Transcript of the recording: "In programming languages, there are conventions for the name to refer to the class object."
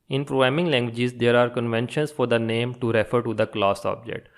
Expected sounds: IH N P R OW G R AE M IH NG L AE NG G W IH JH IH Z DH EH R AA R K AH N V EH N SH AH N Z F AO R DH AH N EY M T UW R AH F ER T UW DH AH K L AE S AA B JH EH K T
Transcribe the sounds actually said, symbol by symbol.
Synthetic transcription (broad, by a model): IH N P R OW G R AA M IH NG L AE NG G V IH JH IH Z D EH R AA R K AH N V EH N SH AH N S F AO R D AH N EY M T UW R AH F ER T UW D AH K L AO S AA B JH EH K T